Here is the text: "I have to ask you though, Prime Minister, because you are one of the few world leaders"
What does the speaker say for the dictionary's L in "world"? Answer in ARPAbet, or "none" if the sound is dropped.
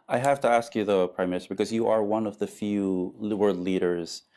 none